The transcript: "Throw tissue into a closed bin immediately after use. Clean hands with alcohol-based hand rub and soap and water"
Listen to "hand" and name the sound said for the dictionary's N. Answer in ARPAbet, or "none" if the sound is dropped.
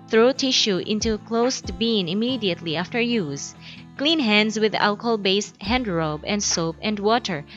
N